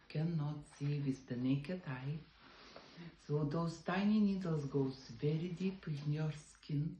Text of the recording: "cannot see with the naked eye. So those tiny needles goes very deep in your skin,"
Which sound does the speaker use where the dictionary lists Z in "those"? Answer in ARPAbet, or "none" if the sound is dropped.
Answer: S